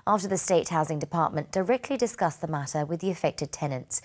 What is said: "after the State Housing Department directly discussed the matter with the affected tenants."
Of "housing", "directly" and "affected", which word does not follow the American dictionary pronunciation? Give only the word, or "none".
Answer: none